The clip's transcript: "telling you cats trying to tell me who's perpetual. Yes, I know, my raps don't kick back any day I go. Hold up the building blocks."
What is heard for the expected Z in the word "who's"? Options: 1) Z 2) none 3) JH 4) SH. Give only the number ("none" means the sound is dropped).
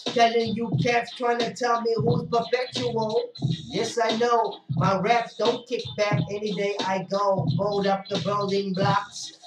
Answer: 2